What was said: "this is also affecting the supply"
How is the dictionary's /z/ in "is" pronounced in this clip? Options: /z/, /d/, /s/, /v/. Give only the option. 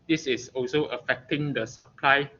/s/